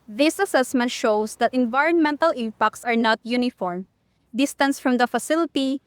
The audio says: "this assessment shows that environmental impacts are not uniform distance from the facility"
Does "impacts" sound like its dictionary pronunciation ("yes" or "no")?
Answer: yes